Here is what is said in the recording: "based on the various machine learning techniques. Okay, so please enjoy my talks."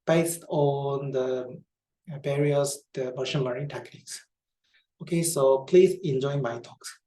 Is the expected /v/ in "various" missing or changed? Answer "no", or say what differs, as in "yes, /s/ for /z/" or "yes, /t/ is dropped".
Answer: yes, /b/ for /v/